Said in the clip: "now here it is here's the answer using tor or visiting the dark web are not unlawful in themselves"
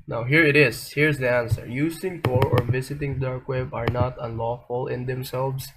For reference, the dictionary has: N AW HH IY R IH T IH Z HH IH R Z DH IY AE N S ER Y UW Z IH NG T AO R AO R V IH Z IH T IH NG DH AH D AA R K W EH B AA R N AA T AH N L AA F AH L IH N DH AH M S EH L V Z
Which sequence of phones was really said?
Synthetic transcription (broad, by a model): N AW HH IY R IH T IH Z HH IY R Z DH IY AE N S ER Y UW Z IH NG T AO R AO R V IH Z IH T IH NG D AA R K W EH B AA R N AA T AH N L AA F AH L IH N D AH M S EH L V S